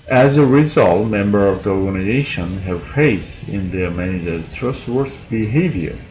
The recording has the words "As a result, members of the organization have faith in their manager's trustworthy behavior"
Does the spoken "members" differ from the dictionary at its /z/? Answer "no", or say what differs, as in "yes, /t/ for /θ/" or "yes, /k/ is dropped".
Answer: yes, /z/ is dropped